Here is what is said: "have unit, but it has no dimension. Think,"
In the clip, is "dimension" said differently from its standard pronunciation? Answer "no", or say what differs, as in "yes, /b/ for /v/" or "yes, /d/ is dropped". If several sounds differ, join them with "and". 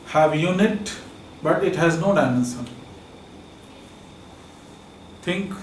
yes, /s/ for /ʃ/